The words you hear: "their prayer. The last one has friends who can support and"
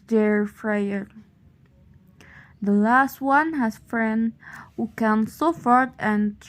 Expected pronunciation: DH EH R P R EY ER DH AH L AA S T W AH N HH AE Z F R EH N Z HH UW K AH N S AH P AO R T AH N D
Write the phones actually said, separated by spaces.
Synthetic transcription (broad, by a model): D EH R F R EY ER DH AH L AA S T W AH N HH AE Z F R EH N HH UW K AH N S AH F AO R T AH N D